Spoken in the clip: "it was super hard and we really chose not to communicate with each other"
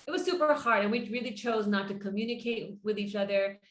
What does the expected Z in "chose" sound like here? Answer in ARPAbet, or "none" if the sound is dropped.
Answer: Z